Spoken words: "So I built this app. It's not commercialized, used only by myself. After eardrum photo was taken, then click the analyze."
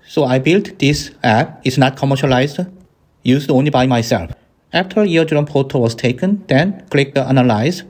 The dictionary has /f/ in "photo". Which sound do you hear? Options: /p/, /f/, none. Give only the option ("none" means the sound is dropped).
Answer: /p/